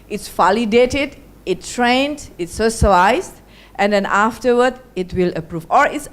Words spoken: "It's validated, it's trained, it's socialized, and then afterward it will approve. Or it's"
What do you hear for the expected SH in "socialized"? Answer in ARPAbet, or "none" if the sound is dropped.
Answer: S